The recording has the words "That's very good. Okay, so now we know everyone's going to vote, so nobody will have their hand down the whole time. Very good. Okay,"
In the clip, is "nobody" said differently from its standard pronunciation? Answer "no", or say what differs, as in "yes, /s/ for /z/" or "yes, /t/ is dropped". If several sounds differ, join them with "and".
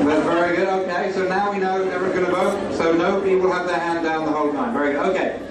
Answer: yes, /b/ is dropped